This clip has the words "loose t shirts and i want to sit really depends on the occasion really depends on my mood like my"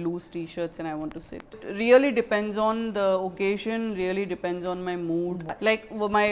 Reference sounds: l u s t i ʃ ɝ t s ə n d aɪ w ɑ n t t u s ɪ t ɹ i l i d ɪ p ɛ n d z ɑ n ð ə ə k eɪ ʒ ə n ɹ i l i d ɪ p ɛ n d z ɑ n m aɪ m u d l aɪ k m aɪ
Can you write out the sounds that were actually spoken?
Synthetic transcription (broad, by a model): l u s t i ʃ ɝ t s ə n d aɪ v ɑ n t t u s ɪ t ɹ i l i d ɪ p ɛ n d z ɑ n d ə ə k eɪ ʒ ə n ɹ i l i d ɪ p ɛ n d z ɑ n m aɪ m u d l aɪ k m aɪ